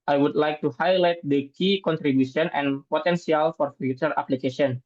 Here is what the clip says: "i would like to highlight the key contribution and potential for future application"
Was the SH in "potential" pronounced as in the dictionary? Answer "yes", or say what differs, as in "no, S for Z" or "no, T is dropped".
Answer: no, S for SH